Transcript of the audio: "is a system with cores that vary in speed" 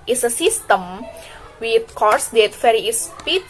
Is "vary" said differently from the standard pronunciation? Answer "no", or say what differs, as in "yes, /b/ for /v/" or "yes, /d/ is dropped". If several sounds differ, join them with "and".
yes, /f/ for /v/